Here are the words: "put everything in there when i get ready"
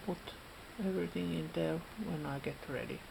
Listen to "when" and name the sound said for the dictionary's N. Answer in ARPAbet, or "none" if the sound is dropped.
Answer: N